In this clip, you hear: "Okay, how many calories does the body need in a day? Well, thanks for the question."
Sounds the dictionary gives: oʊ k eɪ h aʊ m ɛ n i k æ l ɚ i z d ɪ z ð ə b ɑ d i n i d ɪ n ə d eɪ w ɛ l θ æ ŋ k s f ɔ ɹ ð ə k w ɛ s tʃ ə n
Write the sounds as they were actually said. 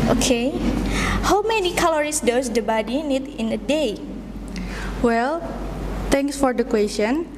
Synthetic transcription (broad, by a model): oʊ k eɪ h aʊ m ɛ n i k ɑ l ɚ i s d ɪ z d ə b ɑ d i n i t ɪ n ə d eɪ w ɛ l t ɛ ŋ k s f ɔ ɹ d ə k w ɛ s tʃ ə n